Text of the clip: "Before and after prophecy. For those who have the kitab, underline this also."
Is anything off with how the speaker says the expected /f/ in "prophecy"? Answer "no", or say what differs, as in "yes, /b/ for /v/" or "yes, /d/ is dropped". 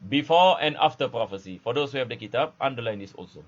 no